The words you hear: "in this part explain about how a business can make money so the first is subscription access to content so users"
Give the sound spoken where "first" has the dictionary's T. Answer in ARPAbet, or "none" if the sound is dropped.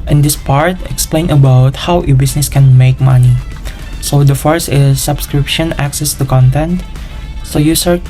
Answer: none